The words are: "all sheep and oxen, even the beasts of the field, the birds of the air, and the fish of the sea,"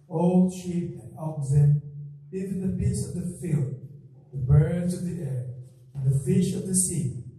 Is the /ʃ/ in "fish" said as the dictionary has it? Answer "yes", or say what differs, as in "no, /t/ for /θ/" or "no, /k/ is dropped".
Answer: yes